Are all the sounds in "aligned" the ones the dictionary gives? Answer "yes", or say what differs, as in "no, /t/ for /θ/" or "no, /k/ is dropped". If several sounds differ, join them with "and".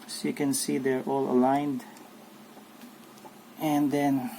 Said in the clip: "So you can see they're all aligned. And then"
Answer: yes